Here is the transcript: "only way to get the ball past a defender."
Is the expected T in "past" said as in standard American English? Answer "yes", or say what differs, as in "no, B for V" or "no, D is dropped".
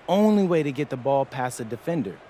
no, T is dropped